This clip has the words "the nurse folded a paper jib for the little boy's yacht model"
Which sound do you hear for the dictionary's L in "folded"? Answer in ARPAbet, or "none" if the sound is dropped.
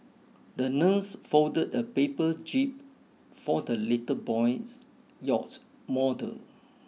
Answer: none